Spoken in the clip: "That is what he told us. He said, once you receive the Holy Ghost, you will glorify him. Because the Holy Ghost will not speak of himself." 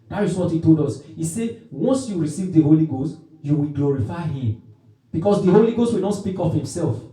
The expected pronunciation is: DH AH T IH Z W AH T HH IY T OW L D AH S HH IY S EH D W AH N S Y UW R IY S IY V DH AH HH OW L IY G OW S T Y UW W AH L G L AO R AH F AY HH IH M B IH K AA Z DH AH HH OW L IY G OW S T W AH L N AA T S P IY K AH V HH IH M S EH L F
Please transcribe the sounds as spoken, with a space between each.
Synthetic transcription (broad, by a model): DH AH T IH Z W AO T HH IY T OW L D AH S HH IY S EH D W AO N S Y UW R IY S IY V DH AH HH OW L IY G OW S T Y UW W AH L G L AO R AH F AY HH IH M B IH K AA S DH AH HH OW L IY G OW S T W AH L N AA T S P IY K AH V HH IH M S EH L F